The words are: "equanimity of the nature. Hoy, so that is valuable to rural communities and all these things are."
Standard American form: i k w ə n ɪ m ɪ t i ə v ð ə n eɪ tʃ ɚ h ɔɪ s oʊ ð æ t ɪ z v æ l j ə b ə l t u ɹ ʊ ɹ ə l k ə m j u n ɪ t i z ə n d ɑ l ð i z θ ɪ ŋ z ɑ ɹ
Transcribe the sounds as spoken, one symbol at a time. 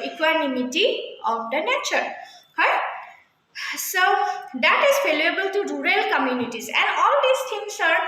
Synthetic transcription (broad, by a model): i k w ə n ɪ m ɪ t i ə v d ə n eɪ tʃ ɚ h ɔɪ s oʊ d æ t ɪ z f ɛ l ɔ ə b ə l t u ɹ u ɹ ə l k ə m j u n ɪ t i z ə n d ɑ l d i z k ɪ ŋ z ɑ ɹ